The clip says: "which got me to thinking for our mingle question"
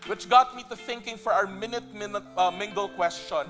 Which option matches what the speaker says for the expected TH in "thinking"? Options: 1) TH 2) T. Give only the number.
1